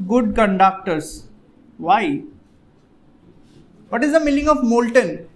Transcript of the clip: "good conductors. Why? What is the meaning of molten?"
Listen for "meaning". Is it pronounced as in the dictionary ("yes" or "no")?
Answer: no